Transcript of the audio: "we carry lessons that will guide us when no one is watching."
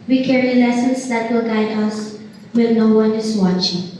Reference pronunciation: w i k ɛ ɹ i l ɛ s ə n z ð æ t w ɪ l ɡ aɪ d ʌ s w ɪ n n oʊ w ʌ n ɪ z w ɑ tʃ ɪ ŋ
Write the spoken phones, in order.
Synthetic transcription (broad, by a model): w i k ɛ ɹ i l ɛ s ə n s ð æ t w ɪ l ɡ aɪ d ʌ s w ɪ l n oʊ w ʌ n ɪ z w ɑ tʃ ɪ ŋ